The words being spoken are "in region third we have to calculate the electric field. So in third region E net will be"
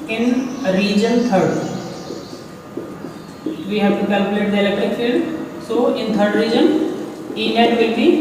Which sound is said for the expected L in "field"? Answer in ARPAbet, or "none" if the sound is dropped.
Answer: none